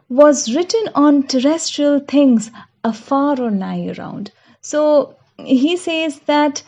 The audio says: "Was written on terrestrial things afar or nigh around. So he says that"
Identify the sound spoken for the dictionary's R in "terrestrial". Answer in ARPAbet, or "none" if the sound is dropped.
R